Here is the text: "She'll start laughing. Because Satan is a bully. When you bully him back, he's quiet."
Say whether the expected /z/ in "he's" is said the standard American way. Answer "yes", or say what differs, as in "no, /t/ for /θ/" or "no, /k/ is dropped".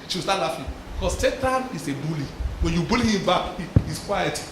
no, /s/ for /z/